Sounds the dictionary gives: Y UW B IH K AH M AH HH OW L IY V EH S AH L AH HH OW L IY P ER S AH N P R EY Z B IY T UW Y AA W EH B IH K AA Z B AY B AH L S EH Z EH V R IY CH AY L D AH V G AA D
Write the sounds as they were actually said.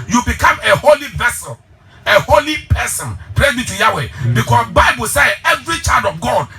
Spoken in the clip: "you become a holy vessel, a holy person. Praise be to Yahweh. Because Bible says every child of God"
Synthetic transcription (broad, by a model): Y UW B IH K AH M AH HH OW L IY V EH S AH L AH HH OW L IY P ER S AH N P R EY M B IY T UW Y AA W EH B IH K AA S B AY B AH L S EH EH V R IY CH AY L D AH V G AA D